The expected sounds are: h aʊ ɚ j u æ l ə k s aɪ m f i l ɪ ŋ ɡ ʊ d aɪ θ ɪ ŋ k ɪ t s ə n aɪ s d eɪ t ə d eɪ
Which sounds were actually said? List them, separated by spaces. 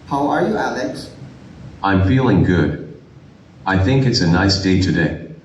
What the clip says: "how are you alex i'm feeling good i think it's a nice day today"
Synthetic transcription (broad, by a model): h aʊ ɚ j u æ l ə k s aɪ m f i l ɪ ŋ ɡ ʊ d aɪ θ ɪ ŋ k ɪ t s ə n aɪ s d eɪ t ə d eɪ